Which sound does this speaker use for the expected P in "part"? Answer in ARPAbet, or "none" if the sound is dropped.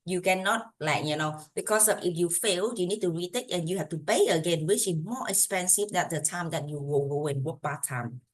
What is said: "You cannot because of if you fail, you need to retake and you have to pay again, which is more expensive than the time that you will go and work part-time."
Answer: B